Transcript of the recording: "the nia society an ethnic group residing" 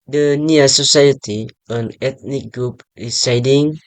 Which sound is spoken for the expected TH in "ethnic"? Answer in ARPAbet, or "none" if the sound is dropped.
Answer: T